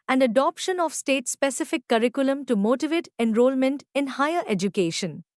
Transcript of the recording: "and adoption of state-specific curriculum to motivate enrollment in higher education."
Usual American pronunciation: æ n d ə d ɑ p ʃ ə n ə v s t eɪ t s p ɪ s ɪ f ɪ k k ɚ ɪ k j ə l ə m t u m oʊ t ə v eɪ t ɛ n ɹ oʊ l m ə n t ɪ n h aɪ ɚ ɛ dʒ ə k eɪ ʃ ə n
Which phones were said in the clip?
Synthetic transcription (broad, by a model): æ n d ə d ɑ p ʃ ə n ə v s t eɪ t s p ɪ s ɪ f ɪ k k ɚ ɪ k j ə l ə m t u m oʊ t ə v eɪ t ɛ n ɹ oʊ l m ə n t ɪ n h aɪ ɚ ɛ dʒ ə k eɪ ʃ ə n